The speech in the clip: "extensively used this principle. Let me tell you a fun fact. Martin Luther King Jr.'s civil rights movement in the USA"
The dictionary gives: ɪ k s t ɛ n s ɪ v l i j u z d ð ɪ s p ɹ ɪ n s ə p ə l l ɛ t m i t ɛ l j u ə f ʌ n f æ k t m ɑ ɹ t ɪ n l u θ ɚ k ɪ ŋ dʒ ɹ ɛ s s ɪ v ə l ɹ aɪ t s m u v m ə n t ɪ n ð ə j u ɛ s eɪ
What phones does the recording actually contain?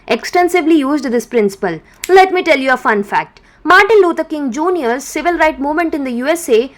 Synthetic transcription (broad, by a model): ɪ k s t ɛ n s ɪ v l i j u z d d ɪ s p ɹ ɪ n s ə p ə l l ɛ t m i t ɛ l j u ə f ʌ n f æ k t m ɑ ɹ t ɪ n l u t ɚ k ɪ ŋ dʒ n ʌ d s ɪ v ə l ɹ aɪ t m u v m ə n t ɪ n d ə j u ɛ s eɪ